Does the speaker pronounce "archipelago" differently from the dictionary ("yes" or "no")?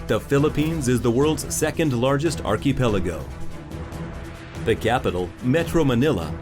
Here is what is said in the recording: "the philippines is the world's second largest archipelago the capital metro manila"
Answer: no